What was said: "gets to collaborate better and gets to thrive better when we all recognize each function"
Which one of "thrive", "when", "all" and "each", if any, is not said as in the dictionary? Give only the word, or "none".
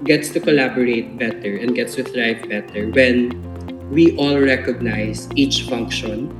thrive